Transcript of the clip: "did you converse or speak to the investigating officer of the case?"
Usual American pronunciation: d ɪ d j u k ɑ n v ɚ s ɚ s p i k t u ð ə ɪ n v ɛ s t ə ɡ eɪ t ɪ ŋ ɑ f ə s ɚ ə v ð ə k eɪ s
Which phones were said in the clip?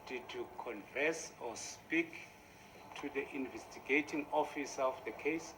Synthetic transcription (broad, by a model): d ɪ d j u k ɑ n f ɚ s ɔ s p i k t u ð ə ɪ n v ɛ s t ə ɡ eɪ t ɪ ŋ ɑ f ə s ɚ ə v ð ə k eɪ s